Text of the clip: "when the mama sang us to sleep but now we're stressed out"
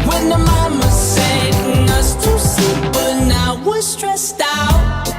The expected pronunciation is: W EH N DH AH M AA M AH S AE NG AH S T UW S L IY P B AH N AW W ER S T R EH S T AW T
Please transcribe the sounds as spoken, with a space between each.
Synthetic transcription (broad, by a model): W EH N DH AH M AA M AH S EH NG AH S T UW S IY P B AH N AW W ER S T R EH S T AW T